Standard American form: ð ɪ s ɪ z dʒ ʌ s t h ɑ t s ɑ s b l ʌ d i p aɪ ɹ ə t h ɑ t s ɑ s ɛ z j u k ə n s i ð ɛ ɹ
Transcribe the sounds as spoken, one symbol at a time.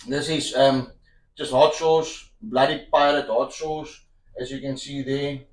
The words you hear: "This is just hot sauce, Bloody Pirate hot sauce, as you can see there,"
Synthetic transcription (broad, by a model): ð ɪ s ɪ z dʒ ʌ s t h ɑ t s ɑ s b l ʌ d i p aɪ l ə t h ɑ t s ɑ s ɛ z j u k ə n s i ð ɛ